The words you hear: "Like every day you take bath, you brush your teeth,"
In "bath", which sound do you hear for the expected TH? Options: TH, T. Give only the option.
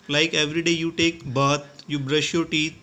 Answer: T